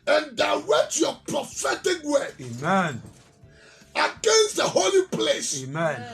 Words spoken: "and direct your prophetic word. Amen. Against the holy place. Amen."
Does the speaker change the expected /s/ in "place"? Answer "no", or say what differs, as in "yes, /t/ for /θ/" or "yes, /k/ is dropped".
no